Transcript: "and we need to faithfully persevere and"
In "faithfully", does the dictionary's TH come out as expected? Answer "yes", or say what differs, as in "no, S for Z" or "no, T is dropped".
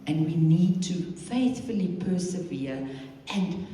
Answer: yes